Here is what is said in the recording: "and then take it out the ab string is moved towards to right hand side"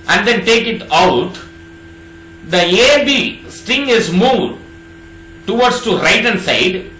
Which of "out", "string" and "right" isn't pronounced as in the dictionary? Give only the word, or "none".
string